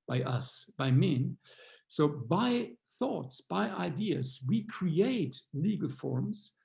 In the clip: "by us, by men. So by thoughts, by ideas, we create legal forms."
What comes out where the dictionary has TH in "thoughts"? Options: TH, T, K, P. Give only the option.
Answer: TH